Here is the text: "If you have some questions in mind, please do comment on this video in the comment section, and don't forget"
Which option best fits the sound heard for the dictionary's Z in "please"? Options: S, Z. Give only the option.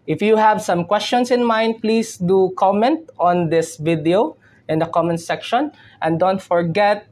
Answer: S